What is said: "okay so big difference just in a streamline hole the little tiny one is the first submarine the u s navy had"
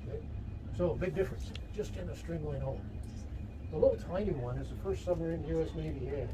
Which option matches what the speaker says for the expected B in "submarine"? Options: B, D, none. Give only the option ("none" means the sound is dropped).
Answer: none